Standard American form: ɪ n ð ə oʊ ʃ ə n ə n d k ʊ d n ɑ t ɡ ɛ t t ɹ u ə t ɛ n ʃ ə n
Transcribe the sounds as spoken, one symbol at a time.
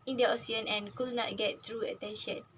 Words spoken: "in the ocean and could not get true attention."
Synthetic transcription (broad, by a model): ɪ n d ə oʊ s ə n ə n k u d n ɑ t ɡ ɛ t t ɹ u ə t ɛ n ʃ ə n